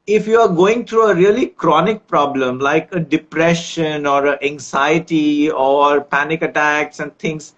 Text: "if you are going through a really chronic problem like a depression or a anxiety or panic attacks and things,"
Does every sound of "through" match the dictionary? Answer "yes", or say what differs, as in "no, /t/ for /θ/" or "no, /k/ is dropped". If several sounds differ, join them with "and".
no, /t/ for /θ/